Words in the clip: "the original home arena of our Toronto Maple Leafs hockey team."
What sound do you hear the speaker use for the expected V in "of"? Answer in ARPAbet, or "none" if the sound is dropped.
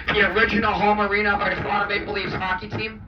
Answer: B